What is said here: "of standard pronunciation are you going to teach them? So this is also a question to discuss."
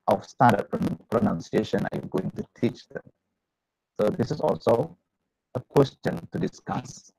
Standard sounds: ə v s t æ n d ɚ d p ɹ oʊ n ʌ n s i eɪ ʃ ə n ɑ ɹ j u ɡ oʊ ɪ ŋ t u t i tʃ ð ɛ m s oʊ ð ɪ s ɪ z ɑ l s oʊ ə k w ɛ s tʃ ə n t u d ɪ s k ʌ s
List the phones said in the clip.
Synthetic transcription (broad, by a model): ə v s t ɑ d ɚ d p ɹ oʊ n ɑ n s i eɪ ʃ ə n ɑ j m ɡ oʊ ɪ ŋ t u t i tʃ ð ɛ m s oʊ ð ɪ s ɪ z ɑ l s oʊ ə k w ɛ s tʃ ə n t u d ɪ s k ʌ s